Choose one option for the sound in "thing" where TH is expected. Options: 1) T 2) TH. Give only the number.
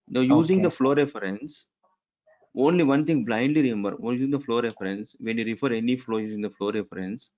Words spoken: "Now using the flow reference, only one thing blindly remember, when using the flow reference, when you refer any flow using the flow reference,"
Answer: 1